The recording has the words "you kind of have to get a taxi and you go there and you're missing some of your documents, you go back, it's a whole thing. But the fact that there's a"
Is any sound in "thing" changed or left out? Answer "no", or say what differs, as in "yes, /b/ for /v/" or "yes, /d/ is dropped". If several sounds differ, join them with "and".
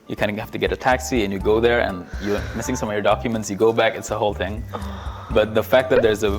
no